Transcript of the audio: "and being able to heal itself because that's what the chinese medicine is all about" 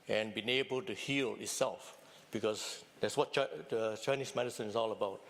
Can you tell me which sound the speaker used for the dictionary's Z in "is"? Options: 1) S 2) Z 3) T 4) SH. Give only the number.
1